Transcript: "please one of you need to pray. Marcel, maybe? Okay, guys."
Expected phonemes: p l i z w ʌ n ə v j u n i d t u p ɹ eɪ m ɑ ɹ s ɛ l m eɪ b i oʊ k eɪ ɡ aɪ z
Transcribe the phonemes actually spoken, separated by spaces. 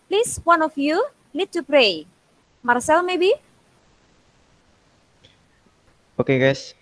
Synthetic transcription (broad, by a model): p l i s w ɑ n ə f j u l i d t u p ɹ eɪ m ɑ ɹ s ɛ l m eɪ b i oʊ k eɪ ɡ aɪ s